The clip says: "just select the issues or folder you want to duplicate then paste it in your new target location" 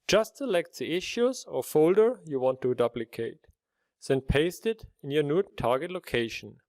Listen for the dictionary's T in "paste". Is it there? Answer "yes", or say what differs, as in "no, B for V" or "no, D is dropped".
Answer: yes